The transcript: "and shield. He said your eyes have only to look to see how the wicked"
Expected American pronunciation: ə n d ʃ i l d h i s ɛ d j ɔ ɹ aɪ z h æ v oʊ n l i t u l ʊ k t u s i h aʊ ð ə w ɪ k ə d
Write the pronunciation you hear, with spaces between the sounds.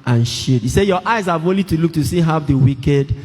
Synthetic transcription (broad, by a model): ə n ʃ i d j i s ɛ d j ɔ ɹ aɪ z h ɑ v oʊ n l i t u l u k t u s i h aʊ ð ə w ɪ k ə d